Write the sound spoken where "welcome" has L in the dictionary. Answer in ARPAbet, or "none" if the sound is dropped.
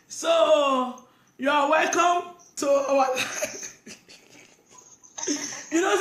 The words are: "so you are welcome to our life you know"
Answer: L